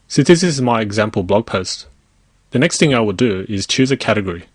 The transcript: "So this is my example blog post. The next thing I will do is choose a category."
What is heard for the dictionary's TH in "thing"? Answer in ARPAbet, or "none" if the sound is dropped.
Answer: TH